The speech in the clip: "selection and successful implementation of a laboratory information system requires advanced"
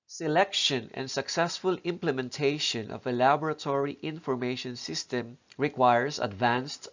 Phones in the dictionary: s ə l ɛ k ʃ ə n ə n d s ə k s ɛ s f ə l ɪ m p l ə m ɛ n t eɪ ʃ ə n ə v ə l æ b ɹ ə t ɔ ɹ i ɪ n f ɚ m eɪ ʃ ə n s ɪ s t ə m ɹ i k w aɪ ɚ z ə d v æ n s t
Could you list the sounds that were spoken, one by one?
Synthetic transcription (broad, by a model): s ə l ɛ k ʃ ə n ə n d s ə k s ɛ s f ə l ɪ m p l ə m ɛ n t eɪ ʃ ə n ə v ə l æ b ɹ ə t ɔ ɹ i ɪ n f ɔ m eɪ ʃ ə n s ɪ s t ə m ɹ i k w aɪ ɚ s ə d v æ n s t